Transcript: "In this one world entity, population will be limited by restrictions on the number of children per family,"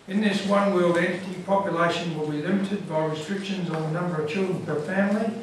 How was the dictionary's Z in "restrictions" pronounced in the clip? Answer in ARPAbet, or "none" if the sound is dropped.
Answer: Z